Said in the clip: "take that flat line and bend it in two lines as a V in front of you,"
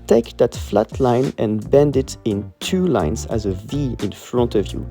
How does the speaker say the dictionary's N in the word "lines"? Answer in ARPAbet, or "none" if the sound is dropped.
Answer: N